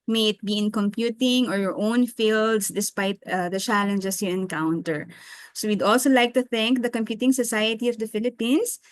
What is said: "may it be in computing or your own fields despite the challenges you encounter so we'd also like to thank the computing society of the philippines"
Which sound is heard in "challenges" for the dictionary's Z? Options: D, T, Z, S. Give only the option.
S